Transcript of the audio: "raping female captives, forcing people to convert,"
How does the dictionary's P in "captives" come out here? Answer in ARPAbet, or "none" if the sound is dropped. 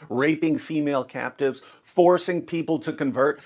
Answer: P